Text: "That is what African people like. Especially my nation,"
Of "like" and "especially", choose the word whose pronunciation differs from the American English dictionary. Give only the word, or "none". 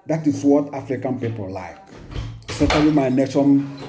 especially